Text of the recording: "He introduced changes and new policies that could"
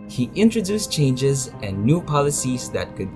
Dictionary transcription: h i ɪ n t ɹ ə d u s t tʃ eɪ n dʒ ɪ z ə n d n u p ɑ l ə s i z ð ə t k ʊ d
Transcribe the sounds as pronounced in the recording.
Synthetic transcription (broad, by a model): h i ɪ n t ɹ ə d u s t tʃ eɪ n dʒ ɪ z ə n n u p ɑ l ə s i z ð ə t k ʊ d